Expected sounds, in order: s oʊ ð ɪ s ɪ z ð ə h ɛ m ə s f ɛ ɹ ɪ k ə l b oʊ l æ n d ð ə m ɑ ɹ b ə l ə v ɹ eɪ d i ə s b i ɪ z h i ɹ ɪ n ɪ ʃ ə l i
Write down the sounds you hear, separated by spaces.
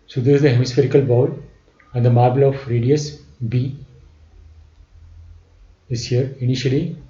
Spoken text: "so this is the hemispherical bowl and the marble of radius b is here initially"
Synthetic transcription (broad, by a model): s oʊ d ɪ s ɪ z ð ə h ɛ m ə s f ɛ ɹ ɪ k ə l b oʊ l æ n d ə m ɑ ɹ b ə l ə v ɹ eɪ d i ə s b i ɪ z h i ɹ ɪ n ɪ ʃ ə l i